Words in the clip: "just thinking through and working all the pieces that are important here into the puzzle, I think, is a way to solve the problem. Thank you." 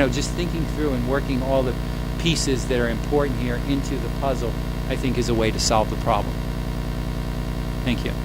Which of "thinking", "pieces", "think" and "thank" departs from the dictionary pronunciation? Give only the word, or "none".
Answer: none